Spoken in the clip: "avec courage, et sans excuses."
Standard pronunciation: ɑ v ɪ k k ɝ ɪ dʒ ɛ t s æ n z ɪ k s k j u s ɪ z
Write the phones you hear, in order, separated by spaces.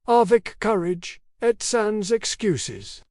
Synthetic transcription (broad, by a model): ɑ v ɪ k k ɝ ɪ dʒ ɛ t s æ n z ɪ k s k j u s ɪ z